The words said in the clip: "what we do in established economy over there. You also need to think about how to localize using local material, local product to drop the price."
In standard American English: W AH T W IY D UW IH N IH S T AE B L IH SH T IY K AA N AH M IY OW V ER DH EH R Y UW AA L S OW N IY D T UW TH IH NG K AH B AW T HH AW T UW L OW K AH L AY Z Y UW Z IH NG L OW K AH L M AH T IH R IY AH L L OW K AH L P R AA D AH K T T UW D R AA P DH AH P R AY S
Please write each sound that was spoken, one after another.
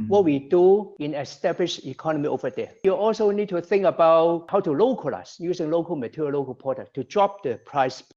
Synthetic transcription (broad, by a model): W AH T W IY D UW IH N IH S T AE B L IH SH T IY K AA N AH M IY OW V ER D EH Y UW AA L S OW N IY D T UW TH IH NG K AH B AW T HH AW T UW L OW K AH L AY S Y UW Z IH NG L OW K AH L M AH T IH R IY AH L L OW K AH L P AA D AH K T T UW D R AA P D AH P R AY S